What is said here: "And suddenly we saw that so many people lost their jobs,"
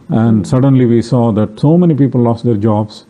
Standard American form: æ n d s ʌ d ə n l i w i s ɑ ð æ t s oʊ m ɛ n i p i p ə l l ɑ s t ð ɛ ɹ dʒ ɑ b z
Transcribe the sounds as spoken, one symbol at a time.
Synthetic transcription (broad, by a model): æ n d s ʌ d ə n l i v i s ɑ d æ t s oʊ m ɛ n i p i p ə l l ɑ s t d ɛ ɹ dʒ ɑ b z